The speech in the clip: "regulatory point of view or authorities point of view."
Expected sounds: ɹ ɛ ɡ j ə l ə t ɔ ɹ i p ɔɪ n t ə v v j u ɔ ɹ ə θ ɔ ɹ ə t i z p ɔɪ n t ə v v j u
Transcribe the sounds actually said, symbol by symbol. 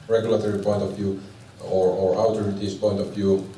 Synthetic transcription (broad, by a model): ɹ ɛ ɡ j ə l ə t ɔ ɹ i p ɔɪ n t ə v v j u ɔ ɹ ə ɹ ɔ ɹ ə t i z p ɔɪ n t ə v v j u